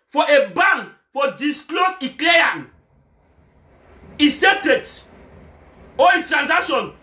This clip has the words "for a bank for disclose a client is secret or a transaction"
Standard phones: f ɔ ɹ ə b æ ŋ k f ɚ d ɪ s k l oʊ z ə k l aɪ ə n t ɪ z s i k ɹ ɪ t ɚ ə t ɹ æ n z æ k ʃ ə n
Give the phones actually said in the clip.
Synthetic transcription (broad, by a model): f ɔ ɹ ə b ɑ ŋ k f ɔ d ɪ s k l oʊ s ə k l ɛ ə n ɪ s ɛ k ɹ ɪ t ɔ ə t ɹ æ n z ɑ k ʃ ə n